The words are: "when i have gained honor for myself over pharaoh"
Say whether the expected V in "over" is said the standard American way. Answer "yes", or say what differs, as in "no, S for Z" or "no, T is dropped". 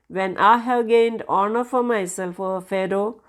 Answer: no, V is dropped